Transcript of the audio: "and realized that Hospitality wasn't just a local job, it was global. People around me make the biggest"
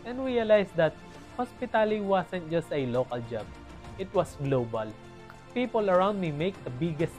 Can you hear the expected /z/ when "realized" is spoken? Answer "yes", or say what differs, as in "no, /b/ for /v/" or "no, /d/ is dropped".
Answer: no, /s/ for /z/